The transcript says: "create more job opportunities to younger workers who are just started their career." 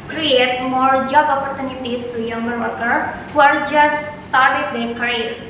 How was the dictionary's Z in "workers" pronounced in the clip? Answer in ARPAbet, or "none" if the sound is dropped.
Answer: none